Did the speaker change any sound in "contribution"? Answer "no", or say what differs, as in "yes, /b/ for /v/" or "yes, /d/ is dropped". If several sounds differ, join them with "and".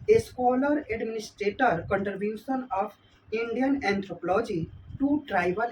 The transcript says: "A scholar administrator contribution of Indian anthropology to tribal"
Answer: yes, /ɹ/ is dropped